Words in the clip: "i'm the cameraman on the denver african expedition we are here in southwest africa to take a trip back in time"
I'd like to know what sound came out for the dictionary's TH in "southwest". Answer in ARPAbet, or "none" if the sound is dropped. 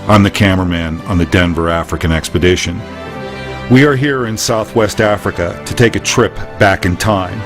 TH